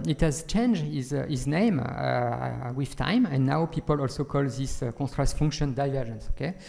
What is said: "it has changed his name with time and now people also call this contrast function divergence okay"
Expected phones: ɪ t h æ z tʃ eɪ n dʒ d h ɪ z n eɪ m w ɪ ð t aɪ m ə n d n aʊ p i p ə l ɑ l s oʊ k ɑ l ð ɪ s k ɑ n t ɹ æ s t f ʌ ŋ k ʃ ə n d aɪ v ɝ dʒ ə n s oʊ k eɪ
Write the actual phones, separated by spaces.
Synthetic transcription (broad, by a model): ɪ t h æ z tʃ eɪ n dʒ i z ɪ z n eɪ m w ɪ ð t aɪ m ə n n aʊ p i p ə l ɑ l s oʊ k ɑ l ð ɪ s k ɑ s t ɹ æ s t f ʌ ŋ k ʃ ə n d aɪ v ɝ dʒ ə n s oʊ k eɪ